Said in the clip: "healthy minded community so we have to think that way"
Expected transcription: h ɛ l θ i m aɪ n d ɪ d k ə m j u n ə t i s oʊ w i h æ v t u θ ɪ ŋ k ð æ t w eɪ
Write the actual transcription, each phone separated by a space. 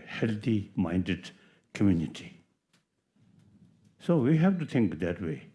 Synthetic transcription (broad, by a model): h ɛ l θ i m aɪ n d ɪ d k ə m j u n ə t i s oʊ w i h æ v t u t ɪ ŋ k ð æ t w eɪ